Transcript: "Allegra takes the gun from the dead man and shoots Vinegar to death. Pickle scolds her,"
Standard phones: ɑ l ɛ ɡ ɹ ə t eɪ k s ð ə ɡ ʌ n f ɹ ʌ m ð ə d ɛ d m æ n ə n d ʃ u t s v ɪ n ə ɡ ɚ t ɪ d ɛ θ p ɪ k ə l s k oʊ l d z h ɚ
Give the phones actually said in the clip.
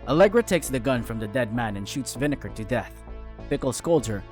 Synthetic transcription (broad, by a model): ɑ l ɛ ɡ ɹ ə t eɪ k s ð ə ɡ ʌ n f ɹ ʌ m ð ə d ɛ d m æ n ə n ʃ u t s v ɪ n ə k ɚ t ɪ d ɛ θ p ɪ k l s k oʊ l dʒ ɚ